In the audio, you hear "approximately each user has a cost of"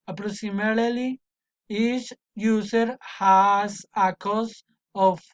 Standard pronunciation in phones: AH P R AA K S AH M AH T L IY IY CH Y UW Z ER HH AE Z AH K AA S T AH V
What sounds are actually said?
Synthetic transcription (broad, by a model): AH P R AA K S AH M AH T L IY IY S Y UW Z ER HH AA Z AH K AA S AH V